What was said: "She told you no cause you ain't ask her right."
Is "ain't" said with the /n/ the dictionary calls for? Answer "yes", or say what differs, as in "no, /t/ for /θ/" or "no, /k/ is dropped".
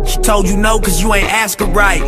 yes